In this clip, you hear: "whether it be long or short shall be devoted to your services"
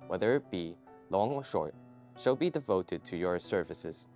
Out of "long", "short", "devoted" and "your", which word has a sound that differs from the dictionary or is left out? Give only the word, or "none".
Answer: none